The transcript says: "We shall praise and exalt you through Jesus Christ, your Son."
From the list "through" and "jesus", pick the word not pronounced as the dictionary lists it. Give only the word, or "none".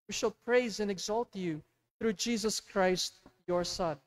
none